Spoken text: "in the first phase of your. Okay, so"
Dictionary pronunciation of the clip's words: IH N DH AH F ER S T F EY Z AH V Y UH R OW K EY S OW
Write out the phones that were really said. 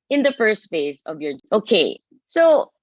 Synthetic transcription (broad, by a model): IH N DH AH F ER S T F EY Z AH V Y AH R OW K EY S OW